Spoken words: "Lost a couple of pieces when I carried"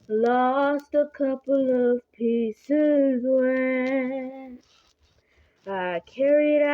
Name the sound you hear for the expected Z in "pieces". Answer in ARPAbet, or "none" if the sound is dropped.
Z